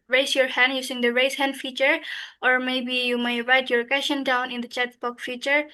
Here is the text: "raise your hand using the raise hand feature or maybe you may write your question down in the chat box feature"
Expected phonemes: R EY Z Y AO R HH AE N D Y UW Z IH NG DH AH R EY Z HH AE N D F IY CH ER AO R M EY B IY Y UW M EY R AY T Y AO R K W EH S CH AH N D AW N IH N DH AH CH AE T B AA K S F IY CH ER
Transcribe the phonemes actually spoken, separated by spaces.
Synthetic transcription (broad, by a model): R EY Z Y AO R HH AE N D Y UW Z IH NG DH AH R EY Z HH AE N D F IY CH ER AO R M EY B IY Y UW M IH R AY T Y AO R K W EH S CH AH N D AW N IH N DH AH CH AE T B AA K F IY CH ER